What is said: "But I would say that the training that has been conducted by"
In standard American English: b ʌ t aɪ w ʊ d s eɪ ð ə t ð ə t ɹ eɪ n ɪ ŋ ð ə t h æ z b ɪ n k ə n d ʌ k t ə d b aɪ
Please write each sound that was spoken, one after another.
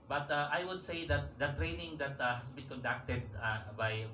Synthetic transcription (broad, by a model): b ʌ t aɪ w ʊ d s eɪ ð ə t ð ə t ɹ eɪ n ɪ ŋ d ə t h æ s b ɪ n k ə n d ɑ k t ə d b aɪ